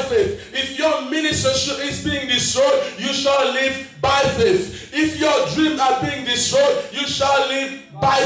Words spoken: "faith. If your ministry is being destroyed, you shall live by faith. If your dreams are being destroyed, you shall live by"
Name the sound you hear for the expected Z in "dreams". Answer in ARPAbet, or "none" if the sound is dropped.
none